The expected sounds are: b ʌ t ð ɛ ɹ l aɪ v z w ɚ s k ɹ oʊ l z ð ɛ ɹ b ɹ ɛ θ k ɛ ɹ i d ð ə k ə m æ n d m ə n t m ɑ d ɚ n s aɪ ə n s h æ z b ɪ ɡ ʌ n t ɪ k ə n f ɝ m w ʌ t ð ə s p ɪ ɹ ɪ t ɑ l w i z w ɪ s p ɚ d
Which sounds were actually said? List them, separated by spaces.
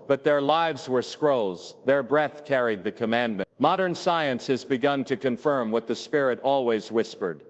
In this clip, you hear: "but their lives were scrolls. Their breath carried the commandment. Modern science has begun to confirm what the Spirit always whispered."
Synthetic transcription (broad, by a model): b ʌ t ð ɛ ɹ l aɪ v z w ɚ s k ɹ oʊ l z ð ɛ ɹ b ɹ ɛ θ k ɛ ɹ i d ð ə k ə m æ n m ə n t m ɑ d ɚ n s aɪ ə n s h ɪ z b ɪ ɡ ʌ n t ɪ k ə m f ɝ m w ʌ t ð ə s p ɪ ɹ ɪ t ɑ l w i z w ɪ s p ɚ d